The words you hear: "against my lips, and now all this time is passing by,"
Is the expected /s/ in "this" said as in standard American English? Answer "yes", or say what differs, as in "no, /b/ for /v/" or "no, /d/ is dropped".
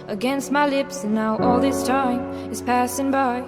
yes